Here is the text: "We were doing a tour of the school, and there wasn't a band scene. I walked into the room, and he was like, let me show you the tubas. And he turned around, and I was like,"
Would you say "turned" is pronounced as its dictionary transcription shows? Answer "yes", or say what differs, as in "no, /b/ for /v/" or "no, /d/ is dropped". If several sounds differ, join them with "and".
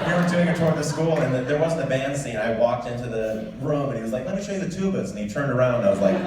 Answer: yes